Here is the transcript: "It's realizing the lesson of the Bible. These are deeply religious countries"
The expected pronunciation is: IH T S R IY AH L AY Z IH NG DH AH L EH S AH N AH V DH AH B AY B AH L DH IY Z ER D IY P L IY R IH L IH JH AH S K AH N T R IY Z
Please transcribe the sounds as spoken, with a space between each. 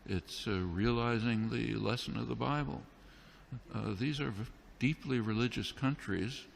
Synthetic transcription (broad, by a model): IH T S R IY AH L AY Z IH NG DH AH L EH S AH N AH V DH AH B AY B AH L DH IY Z ER D IY P L IY R IH L IH JH AH S K AH N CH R IY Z